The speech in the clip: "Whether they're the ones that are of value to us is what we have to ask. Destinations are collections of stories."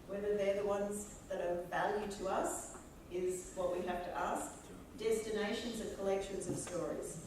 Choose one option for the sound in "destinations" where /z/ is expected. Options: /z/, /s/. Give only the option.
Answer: /z/